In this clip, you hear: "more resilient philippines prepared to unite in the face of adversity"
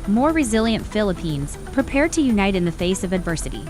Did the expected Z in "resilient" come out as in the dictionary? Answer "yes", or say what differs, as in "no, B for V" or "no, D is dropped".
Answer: yes